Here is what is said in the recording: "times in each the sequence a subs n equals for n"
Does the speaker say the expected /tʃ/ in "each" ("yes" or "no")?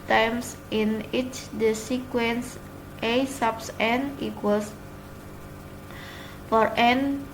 yes